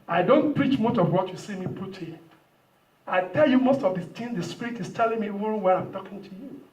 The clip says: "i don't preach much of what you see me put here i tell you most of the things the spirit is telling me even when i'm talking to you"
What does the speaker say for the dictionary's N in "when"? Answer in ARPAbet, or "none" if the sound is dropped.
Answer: none